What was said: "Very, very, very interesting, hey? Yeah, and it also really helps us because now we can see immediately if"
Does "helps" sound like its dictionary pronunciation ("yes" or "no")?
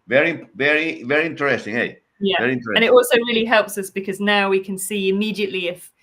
yes